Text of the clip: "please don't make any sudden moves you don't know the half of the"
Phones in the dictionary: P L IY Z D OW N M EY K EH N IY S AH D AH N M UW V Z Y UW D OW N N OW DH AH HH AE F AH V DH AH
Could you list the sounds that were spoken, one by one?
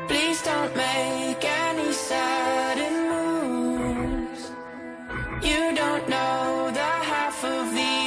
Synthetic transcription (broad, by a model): P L IY Z D OW N M EY K EH N IY S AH D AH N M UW Z Y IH D OW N N OW DH AH HH AE F AH V DH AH